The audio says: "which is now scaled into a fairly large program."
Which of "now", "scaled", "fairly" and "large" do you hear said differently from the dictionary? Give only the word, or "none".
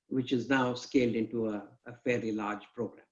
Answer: fairly